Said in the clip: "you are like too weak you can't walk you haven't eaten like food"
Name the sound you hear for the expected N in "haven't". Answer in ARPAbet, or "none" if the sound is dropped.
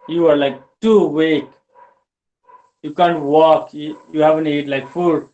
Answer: N